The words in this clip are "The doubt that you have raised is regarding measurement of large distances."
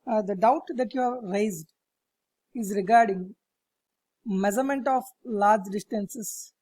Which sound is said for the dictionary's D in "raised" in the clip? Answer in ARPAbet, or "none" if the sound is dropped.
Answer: D